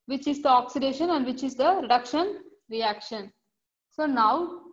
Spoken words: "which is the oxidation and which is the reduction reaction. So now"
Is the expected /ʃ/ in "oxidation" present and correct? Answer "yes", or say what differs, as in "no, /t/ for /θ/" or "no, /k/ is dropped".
yes